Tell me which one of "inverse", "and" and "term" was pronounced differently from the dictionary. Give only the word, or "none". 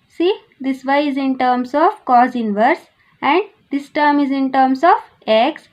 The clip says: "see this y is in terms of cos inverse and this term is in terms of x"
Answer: none